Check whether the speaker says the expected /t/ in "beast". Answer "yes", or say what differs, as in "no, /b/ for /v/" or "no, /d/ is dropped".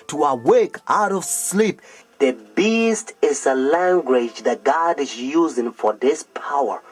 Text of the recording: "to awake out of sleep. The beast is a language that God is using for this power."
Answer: yes